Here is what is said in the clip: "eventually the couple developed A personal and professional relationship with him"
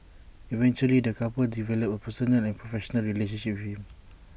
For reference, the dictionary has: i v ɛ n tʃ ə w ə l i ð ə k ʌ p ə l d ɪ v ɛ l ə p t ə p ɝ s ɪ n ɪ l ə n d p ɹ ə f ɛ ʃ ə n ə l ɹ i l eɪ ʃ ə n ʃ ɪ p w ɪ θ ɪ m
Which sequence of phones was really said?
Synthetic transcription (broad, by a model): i v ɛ n tʃ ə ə l i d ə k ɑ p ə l d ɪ v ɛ l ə p ə p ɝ s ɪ n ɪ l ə n p ɹ ə f ɛ ʃ ə n ə l ɹ i l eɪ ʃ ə n ʃ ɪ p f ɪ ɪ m